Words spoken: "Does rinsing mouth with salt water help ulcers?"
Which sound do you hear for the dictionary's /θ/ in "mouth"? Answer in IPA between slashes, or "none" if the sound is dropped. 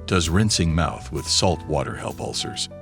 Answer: /θ/